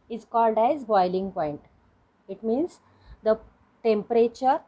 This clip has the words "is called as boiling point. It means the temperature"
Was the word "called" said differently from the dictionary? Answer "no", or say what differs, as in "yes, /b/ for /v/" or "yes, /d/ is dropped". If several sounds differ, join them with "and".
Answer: no